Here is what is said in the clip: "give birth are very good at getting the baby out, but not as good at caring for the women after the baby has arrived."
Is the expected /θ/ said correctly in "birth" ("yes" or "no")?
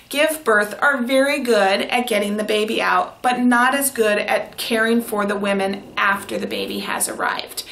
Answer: yes